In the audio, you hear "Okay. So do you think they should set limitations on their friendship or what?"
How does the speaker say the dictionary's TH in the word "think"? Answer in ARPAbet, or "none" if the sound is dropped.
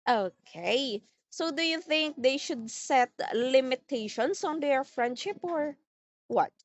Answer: TH